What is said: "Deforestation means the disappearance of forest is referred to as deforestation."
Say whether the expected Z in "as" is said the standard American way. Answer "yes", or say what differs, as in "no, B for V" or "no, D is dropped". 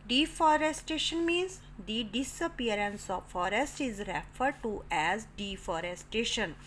yes